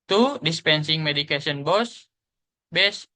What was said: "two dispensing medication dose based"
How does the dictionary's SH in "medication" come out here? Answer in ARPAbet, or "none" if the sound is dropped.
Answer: S